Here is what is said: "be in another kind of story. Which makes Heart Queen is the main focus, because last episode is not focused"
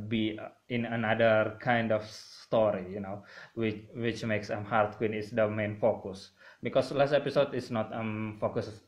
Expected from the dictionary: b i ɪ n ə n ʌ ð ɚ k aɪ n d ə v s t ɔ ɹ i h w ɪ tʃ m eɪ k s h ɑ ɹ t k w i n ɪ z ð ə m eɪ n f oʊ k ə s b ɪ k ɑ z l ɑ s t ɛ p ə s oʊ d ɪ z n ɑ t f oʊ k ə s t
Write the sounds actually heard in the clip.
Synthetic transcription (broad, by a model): b i ɪ n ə n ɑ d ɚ k aɪ n d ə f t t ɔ w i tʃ w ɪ tʃ m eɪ k s h ɑ ɹ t k w i n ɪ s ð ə m eɪ n f oʊ k ə s b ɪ k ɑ s l ɑ s t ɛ p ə s oʊ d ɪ s n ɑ t f oʊ k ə s